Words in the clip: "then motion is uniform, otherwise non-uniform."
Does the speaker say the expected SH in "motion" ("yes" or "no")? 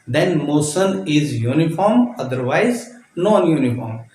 no